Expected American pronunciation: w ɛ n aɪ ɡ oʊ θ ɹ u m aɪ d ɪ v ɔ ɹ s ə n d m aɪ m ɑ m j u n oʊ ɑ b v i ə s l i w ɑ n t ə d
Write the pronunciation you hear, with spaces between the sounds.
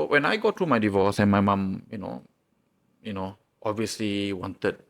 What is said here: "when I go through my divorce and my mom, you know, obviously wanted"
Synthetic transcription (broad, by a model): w ɛ n aɪ ɡ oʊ t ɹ u m aɪ d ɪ v ɔ s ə n m aɪ m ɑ m j u n oʊ ɑ b v i ə s l i w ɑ n t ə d